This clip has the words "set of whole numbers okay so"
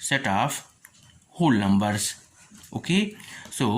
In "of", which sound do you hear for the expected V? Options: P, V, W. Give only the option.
P